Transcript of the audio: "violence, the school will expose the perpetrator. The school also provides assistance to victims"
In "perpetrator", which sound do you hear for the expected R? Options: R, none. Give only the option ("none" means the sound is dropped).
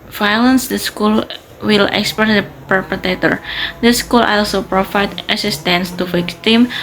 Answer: none